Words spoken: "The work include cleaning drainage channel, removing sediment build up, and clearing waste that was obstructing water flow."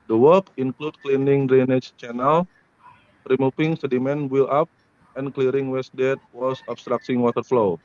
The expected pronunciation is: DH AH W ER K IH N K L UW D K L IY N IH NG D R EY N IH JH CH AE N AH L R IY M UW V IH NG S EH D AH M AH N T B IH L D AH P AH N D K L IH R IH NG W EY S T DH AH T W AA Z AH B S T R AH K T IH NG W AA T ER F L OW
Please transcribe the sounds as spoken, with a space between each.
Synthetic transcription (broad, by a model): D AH W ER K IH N K L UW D K L IY N IH NG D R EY N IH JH CH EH N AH L R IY M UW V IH NG S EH D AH M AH N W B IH L AA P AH N K L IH R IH NG W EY S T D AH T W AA S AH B S T R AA K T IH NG W AA T ER F L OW